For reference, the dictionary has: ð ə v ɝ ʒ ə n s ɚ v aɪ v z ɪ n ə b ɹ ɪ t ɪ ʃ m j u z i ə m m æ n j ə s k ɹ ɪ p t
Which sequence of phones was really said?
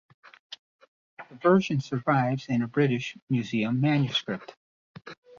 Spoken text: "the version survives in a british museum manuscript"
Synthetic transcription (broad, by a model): ð ə v ɝ ʒ ə n s ɚ v aɪ v z ɪ n ə b ɹ ɪ t ɪ ʃ m j u z i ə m m æ n j ə s k ɹ ɪ p t